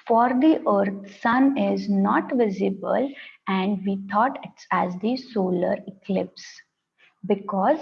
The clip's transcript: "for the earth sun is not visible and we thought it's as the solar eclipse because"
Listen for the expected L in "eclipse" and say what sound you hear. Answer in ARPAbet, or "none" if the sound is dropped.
L